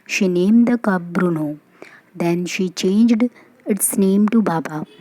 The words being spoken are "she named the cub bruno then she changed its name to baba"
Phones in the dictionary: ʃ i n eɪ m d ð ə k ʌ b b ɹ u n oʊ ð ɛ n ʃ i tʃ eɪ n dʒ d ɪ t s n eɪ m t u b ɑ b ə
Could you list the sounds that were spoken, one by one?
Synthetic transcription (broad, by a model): ʃ i n eɪ m d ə k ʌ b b ɹ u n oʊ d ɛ n ʃ i tʃ eɪ n dʒ d ɪ t s n eɪ m t u b ɑ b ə